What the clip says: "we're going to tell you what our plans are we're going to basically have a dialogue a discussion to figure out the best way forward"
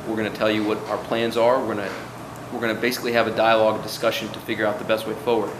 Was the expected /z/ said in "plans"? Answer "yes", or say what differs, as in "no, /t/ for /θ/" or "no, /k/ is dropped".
yes